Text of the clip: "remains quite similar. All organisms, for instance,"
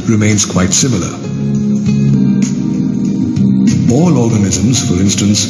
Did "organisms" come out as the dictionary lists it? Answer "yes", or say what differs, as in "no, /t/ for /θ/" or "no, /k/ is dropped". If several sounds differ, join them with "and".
yes